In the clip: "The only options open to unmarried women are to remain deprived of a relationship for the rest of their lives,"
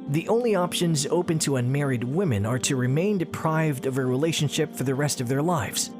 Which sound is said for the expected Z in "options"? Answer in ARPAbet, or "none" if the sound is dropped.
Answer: Z